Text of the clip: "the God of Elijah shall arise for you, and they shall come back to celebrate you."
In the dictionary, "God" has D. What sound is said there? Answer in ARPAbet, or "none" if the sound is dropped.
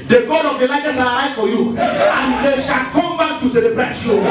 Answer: D